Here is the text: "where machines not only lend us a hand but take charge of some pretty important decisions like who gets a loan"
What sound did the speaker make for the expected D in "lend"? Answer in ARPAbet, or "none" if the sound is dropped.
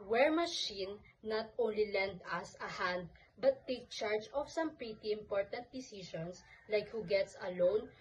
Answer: D